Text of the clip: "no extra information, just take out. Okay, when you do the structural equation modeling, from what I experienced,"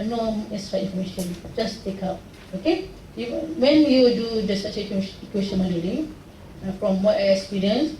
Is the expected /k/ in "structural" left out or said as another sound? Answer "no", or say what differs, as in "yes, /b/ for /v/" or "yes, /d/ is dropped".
yes, /k/ is dropped